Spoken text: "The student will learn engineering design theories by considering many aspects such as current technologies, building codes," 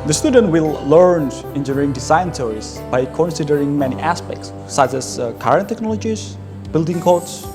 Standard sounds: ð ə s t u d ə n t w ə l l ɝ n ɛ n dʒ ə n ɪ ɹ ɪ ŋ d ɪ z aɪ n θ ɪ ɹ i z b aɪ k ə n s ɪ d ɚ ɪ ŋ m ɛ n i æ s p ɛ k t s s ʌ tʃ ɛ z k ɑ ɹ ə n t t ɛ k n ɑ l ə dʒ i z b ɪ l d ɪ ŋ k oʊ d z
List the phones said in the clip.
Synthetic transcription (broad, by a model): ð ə s t u d ə n t w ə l l ɝ n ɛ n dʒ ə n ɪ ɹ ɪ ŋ d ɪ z aɪ n s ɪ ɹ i s b aɪ k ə n s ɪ d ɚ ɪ ŋ m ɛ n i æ s p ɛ k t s s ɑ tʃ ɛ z k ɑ ɹ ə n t t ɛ k n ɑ l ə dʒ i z b ɪ l d ɪ ŋ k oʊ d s